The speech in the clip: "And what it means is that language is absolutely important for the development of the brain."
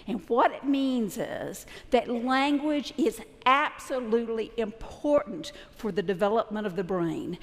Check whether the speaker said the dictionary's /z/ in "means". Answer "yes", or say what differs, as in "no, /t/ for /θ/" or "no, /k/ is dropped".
yes